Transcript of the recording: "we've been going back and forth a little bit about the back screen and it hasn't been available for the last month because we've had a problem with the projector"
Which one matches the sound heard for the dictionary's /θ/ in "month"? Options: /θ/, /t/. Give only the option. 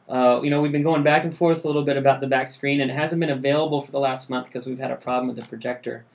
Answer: /θ/